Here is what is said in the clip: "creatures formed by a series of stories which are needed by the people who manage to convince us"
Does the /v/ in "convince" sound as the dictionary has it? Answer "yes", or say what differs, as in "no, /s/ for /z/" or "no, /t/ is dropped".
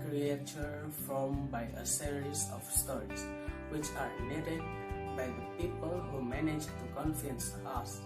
no, /f/ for /v/